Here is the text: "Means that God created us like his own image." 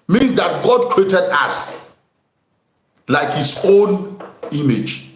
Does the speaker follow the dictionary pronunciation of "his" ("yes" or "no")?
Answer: no